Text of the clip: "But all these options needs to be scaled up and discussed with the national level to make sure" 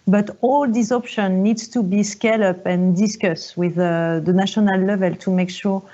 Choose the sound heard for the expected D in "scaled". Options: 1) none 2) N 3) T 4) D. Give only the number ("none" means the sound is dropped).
1